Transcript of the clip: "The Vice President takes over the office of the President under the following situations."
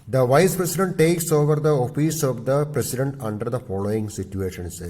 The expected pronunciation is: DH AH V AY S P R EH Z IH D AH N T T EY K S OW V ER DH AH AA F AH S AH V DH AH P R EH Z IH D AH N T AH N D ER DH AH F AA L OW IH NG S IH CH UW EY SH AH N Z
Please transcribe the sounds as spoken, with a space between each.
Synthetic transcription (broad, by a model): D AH V AY S P R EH S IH D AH N T T EY K S OW V ER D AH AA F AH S AH V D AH P R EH S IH D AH N T AH N D ER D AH F AA L OW IH NG S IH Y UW EY SH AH N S